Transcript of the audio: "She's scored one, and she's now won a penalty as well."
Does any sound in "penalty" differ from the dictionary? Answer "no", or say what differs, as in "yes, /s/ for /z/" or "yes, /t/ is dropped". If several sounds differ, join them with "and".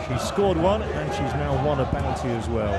yes, /b/ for /p/